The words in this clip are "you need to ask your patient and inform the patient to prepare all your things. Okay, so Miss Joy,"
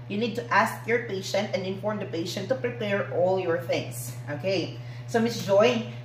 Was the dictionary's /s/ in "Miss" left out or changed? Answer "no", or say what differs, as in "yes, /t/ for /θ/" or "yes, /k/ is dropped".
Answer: no